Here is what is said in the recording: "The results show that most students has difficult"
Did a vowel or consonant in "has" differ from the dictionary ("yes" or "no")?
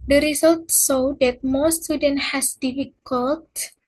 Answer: yes